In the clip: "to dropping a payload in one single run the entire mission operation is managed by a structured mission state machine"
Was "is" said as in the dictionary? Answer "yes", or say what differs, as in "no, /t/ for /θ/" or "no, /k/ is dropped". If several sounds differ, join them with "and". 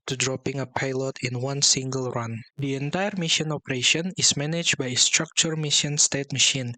no, /s/ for /z/